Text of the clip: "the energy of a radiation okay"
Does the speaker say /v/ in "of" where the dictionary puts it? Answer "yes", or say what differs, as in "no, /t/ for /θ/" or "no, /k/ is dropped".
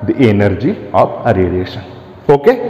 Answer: no, /p/ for /v/